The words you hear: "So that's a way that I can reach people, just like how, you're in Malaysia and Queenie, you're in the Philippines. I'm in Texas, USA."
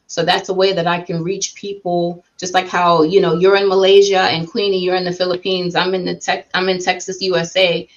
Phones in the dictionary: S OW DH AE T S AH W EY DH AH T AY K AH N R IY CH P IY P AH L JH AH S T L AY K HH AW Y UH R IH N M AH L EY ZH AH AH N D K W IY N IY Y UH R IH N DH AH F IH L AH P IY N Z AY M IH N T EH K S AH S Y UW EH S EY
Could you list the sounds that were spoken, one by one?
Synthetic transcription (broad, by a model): S OW DH AE T S AH W EY DH AH T AY K AH N R IY CH P IY P L JH AH S T L AY K HH AW Y UH R IH N M AH L EY ZH AH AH N K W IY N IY Y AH R IH N DH AH F IH L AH P IY N Z AY M IH N T EH K S AH S Y UW EH S EY